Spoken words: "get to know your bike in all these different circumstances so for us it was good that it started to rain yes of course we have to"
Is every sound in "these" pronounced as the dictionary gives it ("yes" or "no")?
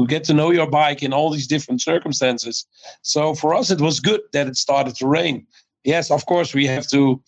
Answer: yes